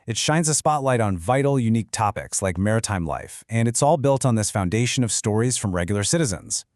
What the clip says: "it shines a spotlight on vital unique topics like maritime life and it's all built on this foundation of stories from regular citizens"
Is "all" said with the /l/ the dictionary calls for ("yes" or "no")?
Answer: yes